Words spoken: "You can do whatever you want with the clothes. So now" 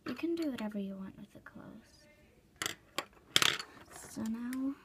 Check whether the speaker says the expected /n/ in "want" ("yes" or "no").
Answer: yes